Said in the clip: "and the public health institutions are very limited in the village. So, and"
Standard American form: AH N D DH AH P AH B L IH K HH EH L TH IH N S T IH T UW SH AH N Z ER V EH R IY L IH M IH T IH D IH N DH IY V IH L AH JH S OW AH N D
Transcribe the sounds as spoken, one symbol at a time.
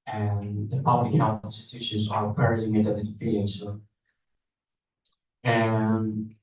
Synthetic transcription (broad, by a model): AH N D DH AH P AH B L IH K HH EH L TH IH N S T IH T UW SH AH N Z ER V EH R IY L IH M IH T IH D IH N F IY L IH AH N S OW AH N